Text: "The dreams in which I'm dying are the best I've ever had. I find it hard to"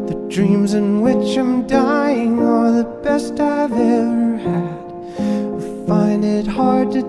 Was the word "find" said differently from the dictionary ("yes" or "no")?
no